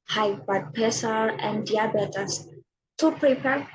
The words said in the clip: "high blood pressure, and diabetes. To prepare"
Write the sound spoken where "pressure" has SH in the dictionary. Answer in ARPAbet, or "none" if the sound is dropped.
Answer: S